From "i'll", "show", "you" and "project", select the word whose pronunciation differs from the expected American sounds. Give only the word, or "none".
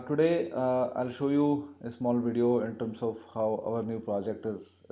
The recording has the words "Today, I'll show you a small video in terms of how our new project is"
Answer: none